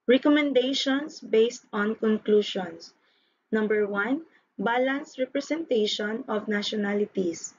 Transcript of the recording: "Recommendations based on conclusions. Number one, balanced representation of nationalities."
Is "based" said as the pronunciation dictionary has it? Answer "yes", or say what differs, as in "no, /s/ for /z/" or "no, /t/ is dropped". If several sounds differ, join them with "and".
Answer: yes